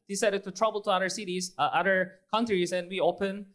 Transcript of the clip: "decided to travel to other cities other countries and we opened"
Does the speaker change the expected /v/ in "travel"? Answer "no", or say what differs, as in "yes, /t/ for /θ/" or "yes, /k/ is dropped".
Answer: yes, /b/ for /v/